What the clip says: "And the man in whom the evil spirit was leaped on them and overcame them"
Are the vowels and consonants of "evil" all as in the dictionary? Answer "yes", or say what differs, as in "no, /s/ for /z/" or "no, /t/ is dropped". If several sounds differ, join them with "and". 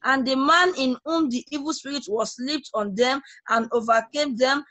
yes